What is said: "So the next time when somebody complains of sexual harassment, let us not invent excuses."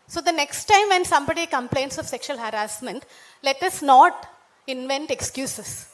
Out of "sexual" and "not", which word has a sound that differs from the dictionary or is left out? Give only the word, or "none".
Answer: none